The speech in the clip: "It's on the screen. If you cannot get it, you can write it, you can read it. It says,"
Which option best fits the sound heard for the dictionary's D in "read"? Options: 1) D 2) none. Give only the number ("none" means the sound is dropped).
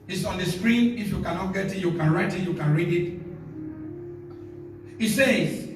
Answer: 1